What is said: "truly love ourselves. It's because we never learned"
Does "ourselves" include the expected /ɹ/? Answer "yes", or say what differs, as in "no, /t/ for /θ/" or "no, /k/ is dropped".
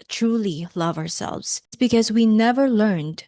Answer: yes